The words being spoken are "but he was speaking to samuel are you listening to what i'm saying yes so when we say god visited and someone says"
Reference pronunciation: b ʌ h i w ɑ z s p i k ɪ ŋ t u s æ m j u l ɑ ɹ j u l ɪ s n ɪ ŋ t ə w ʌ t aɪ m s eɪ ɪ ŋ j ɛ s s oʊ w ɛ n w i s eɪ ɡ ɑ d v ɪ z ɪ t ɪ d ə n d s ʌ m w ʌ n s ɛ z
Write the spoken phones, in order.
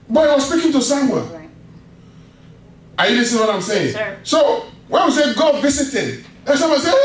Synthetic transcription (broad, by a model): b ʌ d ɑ w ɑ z s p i k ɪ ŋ t u s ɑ m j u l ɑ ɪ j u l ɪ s ɪ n w ʌ t aɪ m s eɪ ɪ ŋ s s oʊ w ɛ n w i s eɪ ɡ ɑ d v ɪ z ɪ t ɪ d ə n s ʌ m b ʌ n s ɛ